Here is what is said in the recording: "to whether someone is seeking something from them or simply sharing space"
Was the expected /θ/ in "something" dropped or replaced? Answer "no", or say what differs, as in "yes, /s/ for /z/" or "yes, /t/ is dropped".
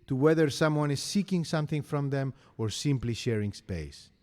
no